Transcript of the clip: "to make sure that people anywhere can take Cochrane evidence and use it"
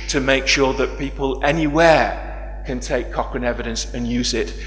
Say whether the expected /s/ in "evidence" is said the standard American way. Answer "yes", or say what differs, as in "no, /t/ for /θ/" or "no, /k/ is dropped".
yes